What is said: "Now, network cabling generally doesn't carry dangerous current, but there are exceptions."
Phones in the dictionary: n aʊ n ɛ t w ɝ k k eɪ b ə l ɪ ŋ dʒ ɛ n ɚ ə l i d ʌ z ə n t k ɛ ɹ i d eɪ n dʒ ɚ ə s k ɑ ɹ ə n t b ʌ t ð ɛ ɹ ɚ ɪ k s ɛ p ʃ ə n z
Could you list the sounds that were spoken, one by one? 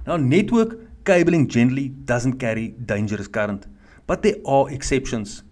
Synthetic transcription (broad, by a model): n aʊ n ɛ t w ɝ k k eɪ b ə l ɪ ŋ dʒ ɛ n ɚ ə l i d ʌ z ə n t k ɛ ɹ i d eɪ n dʒ ɚ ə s k ɑ ɹ ə n t b ʌ t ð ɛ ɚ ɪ k s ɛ p ʃ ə n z